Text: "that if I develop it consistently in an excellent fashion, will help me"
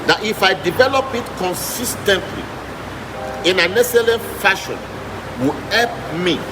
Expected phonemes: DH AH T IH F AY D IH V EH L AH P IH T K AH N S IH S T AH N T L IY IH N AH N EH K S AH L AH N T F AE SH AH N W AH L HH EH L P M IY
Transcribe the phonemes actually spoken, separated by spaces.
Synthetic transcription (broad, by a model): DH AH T IH F AY D IH V EH L AH P IH T K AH N S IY S T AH N T L IY IH N AH N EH S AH L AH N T F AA SH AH N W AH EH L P M IY